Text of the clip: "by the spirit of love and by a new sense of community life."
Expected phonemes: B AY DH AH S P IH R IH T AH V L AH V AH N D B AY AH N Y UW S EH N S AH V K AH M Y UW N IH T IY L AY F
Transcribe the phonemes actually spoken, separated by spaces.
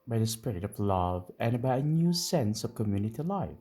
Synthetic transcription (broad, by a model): B AY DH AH S P IH R IH T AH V L AH V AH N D B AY AH N Y UW S EH N S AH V K AH M Y UW N IH T IY L AY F